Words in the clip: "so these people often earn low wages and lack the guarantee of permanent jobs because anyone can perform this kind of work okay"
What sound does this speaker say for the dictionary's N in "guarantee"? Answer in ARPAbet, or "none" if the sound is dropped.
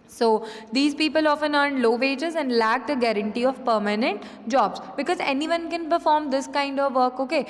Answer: N